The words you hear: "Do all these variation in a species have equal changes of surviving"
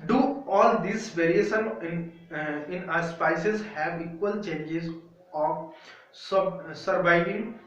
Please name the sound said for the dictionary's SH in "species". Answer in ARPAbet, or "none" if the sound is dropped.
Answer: S